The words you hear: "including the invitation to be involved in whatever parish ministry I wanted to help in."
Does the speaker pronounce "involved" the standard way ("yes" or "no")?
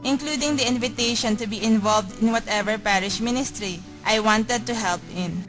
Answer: yes